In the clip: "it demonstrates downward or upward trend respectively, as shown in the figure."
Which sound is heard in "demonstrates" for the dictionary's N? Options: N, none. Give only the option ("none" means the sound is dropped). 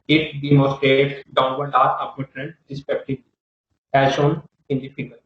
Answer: none